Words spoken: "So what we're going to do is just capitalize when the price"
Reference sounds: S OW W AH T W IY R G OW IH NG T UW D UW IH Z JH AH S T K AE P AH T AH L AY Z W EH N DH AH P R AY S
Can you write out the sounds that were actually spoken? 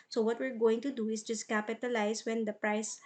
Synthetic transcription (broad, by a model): S OW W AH T W IY R G OW IH NG T UW D UW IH S JH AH S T K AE P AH T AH L AY S W EH N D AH P R AY S